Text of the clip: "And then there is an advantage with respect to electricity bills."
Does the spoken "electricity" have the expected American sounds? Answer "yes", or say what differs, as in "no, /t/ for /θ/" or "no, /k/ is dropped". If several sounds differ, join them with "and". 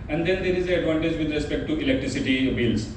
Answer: yes